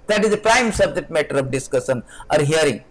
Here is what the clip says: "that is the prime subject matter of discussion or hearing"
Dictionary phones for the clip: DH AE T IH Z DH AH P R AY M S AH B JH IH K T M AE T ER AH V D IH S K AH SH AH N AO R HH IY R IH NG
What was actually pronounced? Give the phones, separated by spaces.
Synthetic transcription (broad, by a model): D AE T IH Z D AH P R AY M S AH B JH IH T M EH T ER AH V D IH S K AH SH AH N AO R HH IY R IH NG